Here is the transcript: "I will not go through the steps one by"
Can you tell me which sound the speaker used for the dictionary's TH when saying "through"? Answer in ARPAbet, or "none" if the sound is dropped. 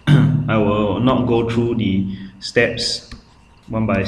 T